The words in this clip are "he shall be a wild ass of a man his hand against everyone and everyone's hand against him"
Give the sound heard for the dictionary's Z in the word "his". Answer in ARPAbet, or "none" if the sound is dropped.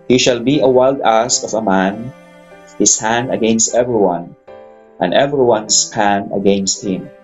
S